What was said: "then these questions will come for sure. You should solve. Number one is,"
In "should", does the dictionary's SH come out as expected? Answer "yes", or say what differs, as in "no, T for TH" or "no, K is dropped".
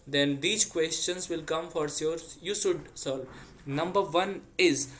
no, S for SH